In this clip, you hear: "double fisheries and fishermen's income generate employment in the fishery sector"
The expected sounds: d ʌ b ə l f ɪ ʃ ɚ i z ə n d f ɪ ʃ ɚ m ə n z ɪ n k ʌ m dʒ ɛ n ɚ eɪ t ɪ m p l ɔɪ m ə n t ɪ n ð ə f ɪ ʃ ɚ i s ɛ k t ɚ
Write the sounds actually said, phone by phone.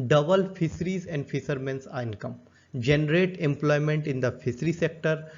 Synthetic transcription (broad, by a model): d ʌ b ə l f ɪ s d i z ə n d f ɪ s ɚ m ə n s ɪ n k ʌ m dʒ ɛ n ɚ eɪ t ɪ m p l ɔɪ m ə n t ɪ n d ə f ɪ s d i s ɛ k t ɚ